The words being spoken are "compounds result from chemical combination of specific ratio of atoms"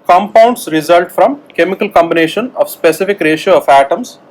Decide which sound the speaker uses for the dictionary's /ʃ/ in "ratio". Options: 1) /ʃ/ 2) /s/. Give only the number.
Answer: 1